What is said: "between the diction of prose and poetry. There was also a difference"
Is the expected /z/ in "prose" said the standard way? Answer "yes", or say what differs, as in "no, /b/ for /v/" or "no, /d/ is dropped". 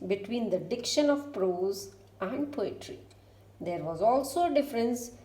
yes